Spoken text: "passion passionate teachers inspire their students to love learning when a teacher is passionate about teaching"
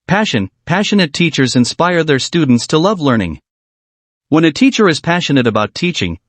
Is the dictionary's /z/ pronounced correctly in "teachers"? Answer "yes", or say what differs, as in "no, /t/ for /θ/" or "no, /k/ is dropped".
yes